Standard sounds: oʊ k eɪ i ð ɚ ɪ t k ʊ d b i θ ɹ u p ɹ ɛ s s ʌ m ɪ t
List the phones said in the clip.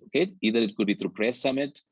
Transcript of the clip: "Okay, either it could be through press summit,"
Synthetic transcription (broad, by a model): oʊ k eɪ i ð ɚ ɪ t k ʊ d b i t ɹ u p ɹ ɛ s s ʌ m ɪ t